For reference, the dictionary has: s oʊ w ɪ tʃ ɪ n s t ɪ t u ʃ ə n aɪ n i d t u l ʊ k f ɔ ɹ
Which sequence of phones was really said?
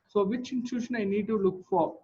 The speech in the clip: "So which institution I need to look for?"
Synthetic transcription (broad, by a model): s oʊ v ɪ tʃ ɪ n t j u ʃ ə n aɪ n i d t u l ʊ k f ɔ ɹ